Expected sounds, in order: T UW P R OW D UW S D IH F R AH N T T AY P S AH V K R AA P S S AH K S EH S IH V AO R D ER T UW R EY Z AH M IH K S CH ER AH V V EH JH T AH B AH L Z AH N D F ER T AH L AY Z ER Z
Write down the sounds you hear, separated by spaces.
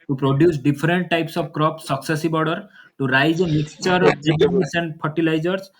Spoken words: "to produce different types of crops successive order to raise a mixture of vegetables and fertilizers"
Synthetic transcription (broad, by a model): T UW P R OW D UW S D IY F R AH N T T AY P S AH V K R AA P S S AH K S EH S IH B AO R D ER T UW R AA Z M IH K S CH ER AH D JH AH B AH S AH N D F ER T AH L AY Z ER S